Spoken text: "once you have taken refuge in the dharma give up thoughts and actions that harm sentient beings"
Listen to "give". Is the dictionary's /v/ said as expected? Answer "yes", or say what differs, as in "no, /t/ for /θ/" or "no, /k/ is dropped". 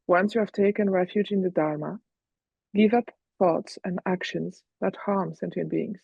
yes